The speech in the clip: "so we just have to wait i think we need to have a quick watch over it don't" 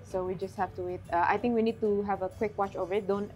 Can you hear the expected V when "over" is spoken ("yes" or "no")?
yes